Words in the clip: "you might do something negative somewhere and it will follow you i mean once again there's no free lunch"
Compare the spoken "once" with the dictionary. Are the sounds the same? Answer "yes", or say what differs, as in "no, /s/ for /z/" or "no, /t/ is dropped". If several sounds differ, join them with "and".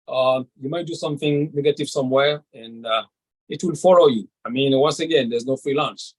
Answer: yes